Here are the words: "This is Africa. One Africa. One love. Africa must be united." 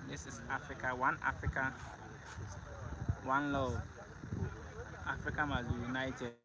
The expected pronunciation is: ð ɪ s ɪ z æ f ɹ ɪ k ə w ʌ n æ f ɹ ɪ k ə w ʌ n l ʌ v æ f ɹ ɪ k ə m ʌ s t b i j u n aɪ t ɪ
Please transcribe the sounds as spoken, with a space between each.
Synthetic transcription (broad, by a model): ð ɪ s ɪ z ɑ f ɹ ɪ k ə w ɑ n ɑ f ɹ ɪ k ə w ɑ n l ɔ ɑ f ɹ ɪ k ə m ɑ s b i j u n aɪ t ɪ